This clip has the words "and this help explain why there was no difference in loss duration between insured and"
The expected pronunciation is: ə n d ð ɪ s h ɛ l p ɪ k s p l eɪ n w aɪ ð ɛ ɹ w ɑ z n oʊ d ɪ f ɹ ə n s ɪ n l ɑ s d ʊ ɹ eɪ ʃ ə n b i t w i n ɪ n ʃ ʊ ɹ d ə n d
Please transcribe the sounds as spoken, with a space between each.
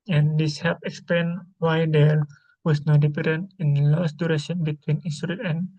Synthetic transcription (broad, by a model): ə n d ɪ s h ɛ p ɪ k s p l eɪ n w aɪ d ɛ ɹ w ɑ s n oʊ d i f ɹ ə n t ɪ n l ɑ s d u ɹ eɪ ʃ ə n b i t w i n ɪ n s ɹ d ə n